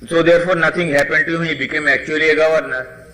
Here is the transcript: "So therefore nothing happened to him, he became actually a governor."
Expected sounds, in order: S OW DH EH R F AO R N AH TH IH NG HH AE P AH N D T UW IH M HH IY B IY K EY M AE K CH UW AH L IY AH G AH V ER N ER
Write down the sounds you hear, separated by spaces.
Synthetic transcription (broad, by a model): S OW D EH R F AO R N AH T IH NG HH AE P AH N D T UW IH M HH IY B IY K EY M AE K CH UW AH L IY AH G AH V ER N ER